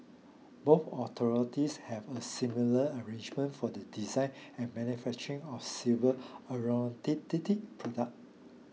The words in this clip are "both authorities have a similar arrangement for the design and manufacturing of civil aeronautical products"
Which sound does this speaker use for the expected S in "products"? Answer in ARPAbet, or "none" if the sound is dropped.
none